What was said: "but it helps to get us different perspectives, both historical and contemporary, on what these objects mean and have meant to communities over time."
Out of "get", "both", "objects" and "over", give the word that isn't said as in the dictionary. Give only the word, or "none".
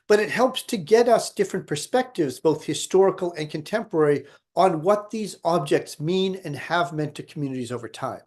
none